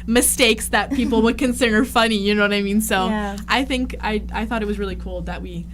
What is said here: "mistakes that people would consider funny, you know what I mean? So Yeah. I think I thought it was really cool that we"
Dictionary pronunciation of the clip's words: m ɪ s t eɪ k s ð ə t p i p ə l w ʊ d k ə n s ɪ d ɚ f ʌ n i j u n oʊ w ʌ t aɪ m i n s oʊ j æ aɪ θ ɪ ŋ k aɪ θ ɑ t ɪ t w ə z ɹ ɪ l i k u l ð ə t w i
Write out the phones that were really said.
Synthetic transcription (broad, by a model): m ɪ s t eɪ k s ð ə t p i p l w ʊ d k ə n s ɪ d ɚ f ʌ n i j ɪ n oʊ w ʌ t aɪ m i n s oʊ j aɪ θ ɪ ŋ k aɪ θ ɑ t ɪ t w ə z ɹ ɪ l i k u l ð ə t w i